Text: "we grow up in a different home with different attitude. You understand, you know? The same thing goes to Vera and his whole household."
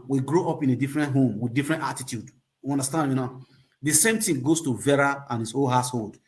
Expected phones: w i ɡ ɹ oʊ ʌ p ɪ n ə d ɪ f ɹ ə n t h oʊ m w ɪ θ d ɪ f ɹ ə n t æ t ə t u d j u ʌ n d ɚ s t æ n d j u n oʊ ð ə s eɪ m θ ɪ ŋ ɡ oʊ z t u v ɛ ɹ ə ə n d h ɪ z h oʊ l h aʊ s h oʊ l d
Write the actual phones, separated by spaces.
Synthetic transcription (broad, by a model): w i ɡ ɹ oʊ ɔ p ɪ n ə d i f ɹ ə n t h oʊ m w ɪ d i f ɹ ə n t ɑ t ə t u d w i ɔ n d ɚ s t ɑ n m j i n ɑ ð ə s eɪ m t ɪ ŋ ɡ oʊ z t u v ɛ ɹ ə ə n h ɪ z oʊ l h aʊ s h oʊ l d